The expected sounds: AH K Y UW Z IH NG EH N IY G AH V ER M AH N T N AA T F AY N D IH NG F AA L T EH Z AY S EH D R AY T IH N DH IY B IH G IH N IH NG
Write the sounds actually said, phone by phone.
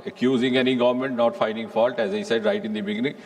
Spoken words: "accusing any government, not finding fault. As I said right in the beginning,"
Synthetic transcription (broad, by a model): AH K Y UW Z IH NG EH N IY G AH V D M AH N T N AA T F AY N D IH NG F AA L T EH Z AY S EH D R AY T IH N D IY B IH G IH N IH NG